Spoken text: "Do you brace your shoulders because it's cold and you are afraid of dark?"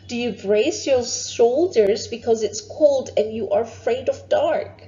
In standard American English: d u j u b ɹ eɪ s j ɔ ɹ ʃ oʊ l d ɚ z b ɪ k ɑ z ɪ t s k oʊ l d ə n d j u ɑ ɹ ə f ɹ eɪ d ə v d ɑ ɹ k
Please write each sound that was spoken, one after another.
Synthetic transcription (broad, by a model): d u j u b ɹ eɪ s j ɔ ɹ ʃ oʊ l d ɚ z b ɪ k ɑ z ɪ t s k oʊ l d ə n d j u ɑ ɹ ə f ɹ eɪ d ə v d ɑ ɹ k